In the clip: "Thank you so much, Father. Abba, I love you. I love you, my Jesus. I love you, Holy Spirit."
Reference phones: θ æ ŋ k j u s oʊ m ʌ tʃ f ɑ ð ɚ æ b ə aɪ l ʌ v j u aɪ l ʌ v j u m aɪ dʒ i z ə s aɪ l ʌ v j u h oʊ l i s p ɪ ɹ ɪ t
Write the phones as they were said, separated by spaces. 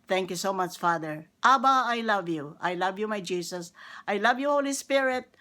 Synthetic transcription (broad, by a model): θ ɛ ŋ k j u s oʊ m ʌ tʃ f ɑ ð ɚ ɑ b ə aɪ l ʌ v j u aɪ l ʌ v j u m aɪ dʒ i s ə s aɪ l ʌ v j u h oʊ l i s p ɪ ɹ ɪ t